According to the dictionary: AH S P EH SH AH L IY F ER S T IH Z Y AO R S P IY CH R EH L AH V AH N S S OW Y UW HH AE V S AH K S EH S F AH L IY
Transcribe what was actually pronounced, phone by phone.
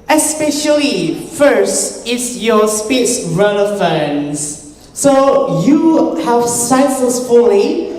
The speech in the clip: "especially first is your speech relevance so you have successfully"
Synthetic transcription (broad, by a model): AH S P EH SH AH L IY F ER S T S Y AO S P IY S R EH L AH F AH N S S OW Y UW HH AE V S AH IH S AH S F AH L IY